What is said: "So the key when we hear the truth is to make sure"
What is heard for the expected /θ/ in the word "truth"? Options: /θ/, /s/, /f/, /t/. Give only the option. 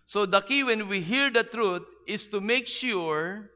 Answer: /t/